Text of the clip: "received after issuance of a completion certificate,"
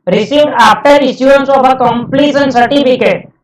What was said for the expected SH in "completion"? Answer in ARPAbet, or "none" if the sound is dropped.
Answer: S